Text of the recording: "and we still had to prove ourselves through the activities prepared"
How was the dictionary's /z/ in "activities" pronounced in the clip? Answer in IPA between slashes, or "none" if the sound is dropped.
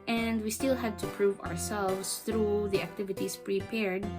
/s/